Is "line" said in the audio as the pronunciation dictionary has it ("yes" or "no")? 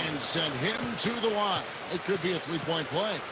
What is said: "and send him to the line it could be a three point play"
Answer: no